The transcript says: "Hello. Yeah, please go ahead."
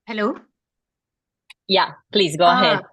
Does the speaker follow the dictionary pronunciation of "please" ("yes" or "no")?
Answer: yes